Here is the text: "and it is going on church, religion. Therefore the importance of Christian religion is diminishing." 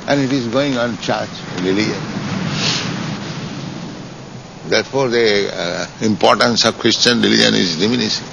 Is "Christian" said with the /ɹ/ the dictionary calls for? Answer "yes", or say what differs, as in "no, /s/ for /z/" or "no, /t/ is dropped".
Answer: yes